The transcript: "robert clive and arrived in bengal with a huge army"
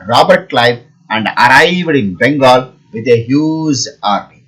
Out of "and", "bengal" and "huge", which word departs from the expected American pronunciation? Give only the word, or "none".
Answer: huge